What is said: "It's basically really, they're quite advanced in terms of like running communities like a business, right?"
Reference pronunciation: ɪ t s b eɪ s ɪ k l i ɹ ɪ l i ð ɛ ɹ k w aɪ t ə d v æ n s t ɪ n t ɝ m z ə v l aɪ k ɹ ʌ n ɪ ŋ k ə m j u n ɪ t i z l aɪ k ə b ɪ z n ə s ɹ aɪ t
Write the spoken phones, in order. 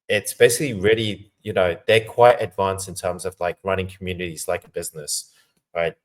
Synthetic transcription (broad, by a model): ɪ t s b eɪ s ɪ k l i ɹ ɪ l i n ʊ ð k w aɪ t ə d v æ n s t ɪ n t ɝ m z ə v l aɪ k ɹ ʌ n ɪ ŋ k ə m j u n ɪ t i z l aɪ k ə b ɪ z n ə s ɹ aɪ t